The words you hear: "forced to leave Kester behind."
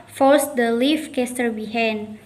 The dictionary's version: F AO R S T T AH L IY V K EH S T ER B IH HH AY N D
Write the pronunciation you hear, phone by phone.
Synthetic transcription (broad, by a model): F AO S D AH L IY F K EH S T ER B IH HH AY N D